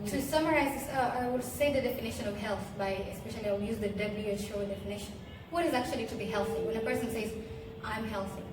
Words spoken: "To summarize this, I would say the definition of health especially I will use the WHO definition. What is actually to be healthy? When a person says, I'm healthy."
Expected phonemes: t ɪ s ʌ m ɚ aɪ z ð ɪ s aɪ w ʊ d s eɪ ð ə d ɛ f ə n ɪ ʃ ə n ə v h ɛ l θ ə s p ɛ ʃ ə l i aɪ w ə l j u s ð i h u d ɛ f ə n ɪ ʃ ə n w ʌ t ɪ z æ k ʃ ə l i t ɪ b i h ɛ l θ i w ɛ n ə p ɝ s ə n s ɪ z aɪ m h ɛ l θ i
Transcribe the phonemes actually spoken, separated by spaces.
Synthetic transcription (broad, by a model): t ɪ s ʌ m ɚ aɪ z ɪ aɪ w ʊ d s eɪ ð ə d ɛ f ə n ɪ ʃ ə n ə v h ɛ l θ ə s p ɛ ʃ ə l i aɪ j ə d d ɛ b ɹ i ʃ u d ɛ f ə n ɪ ʃ ə n w ʌ t ɪ z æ k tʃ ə l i t ɪ b i h ɛ l θ i w ɛ n ə p ɝ s ə n s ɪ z aɪ m h ɛ l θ i